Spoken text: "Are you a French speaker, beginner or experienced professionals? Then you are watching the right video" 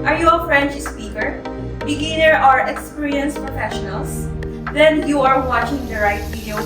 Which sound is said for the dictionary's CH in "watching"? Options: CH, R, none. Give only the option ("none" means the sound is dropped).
CH